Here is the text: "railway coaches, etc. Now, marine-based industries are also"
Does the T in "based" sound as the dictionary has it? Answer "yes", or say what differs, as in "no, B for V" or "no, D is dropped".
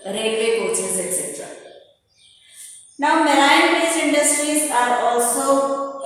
no, T is dropped